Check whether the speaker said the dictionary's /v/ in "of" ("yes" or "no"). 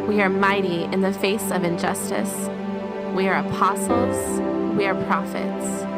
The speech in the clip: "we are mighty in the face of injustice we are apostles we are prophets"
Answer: yes